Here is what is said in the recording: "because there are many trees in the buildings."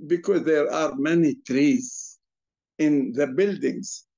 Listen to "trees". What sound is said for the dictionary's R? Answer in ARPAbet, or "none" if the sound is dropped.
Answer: R